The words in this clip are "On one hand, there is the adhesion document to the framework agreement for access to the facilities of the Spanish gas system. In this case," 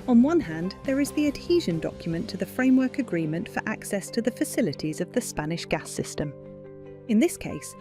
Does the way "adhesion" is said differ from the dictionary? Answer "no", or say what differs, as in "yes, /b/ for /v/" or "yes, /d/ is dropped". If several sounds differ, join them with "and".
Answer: no